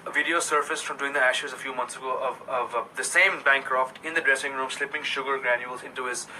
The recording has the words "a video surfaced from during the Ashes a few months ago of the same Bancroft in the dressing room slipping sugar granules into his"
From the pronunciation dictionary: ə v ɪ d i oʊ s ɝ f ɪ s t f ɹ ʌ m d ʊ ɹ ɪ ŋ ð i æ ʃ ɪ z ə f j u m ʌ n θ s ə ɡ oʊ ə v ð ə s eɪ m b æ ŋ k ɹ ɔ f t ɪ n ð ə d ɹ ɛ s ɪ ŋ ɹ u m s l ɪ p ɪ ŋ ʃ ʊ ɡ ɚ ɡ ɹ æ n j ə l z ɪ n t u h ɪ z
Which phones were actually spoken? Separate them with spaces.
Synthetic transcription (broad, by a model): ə v ɪ d i oʊ s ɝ f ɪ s f ɹ ʌ m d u ɪ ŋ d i æ ʃ ɪ z ə f j u m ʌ n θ s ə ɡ oʊ ə v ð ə s eɪ m b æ ŋ k ɹ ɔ f t ɪ n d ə d ɹ ɛ s ɪ ŋ ɹ u m s l ɪ p ɪ ŋ ʃ ʊ ɡ ɚ ɡ ɹ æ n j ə l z ɪ n t u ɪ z